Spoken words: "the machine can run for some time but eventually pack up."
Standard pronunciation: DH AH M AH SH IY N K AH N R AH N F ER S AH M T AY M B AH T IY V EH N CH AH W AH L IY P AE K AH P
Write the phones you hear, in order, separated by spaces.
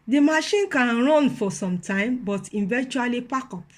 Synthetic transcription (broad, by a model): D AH M AH SH IY N K AH N R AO N F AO S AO M T AY M B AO T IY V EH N CH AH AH L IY P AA K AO P